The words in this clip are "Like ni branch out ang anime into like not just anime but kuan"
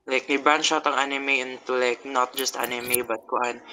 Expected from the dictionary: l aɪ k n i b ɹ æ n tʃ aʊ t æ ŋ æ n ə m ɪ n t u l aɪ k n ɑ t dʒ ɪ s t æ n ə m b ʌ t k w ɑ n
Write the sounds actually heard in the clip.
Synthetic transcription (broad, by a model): l aɪ k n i b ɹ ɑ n ʃ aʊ t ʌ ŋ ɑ n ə m ɪ n t u l aɪ k n ɑ t dʒ ɪ s t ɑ n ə m b ʌ t k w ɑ n